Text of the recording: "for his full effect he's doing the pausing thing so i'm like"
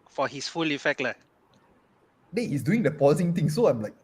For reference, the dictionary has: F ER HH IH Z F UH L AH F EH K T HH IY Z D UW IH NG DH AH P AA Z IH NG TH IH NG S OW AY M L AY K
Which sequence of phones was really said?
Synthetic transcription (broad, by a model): F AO HH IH S F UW L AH F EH K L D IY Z D UW IH NG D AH P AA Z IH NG T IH NG S OW AY M L AY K